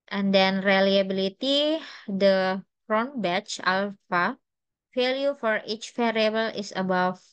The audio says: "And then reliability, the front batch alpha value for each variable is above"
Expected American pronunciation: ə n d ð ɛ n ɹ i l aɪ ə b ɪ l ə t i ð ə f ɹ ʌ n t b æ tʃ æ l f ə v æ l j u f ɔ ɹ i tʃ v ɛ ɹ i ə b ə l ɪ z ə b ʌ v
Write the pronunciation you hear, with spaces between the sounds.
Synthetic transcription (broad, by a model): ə n d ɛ n ɹ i l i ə b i l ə t i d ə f ɹ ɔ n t b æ tʃ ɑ l f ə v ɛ l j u f ɔ ɹ i tʃ f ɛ ɹ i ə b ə l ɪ s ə b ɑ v